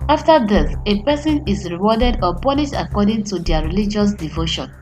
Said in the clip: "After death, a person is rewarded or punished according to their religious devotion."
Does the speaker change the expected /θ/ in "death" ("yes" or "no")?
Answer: yes